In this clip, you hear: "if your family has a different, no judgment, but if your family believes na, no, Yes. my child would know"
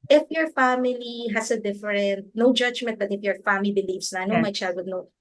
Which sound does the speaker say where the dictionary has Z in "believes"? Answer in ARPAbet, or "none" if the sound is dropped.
S